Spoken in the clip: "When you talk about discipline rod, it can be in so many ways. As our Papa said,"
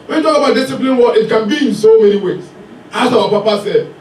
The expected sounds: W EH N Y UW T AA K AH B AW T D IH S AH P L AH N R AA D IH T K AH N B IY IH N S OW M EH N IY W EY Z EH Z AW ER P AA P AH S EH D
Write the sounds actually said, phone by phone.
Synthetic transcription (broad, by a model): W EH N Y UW T AA K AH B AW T D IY S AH P L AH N W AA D IH T K AH N B IY IH N S OW M EH N IY W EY S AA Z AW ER P AA P AH S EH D